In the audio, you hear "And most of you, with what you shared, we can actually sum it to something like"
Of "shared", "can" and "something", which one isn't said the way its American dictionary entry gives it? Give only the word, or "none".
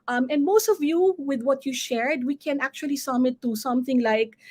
none